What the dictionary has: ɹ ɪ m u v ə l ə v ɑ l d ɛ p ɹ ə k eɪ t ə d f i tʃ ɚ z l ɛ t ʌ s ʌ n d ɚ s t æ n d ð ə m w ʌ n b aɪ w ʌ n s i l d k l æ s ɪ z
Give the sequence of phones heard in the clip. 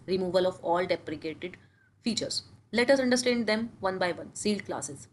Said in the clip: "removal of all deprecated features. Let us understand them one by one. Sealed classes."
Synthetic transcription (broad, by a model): ɹ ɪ m u v ə l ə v ɑ l d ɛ p ɹ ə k eɪ t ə d f i tʃ ɚ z l ɛ t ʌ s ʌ n d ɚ s t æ n d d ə m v ʌ n b aɪ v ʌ n s i l d k l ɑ s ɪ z